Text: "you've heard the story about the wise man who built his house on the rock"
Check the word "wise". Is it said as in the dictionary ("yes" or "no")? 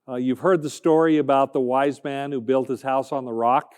yes